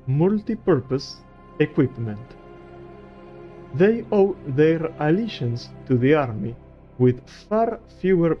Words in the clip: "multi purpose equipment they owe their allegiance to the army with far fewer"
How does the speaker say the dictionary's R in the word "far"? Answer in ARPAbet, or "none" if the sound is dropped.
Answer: R